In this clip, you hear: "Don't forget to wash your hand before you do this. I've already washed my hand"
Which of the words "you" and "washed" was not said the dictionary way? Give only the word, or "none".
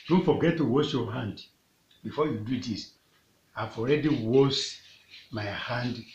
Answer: washed